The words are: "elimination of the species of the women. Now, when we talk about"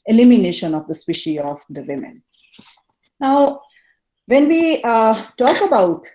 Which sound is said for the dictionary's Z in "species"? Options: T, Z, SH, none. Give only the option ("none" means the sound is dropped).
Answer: none